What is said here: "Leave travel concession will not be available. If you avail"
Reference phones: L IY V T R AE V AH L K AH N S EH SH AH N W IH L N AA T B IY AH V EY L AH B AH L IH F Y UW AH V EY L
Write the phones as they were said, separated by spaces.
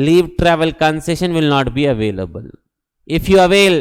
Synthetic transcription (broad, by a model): L IY V T R AE V AH L K AH N S EH SH AH N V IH L N AA T B IY AH V EY L AH B AH L IH F Y UW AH V EY L